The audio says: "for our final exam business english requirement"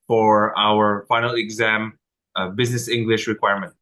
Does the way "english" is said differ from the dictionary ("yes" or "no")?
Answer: no